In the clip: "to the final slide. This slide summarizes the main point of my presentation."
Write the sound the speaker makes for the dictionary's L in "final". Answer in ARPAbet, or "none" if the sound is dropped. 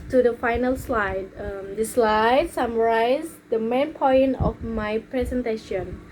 L